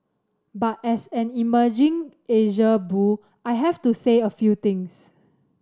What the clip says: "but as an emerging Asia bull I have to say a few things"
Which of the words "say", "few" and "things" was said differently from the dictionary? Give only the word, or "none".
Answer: things